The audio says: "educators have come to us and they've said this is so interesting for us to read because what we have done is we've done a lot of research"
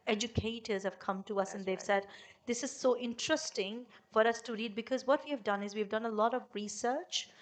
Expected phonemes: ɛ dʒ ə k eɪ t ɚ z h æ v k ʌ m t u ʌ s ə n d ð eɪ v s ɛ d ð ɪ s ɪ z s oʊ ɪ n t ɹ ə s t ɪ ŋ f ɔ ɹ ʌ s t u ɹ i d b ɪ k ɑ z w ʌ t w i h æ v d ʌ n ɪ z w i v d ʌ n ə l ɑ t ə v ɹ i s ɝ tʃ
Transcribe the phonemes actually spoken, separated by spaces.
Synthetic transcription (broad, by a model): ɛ dʒ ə k eɪ t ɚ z h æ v k ʌ m t u ʌ s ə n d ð eɪ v s ɛ d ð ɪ s ɪ z s oʊ ɪ n t ɹ ə s t ɪ ŋ f ɔ ɹ ʌ s t u ɹ i d b ɪ k ɑ z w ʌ t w i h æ v d ʌ n ɪ z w i v d ʌ n ə l ɑ t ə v ɹ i s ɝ tʃ